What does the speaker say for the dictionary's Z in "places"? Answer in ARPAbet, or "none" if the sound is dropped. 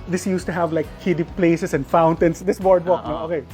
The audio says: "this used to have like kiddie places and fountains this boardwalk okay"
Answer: S